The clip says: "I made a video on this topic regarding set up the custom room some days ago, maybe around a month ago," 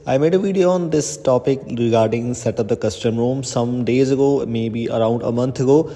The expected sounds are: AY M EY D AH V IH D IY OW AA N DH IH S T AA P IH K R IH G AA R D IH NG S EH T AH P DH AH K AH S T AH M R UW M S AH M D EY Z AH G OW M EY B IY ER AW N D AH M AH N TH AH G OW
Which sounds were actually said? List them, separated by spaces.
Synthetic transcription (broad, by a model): AY M EY D AH V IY D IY OW AA N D IH S T AA P IH K R IH G AA R D IH NG S EH T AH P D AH K AH S T AH M R UW M S AH M D EY Z AH G OW M EY B IY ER AW N D AH M AH N T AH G OW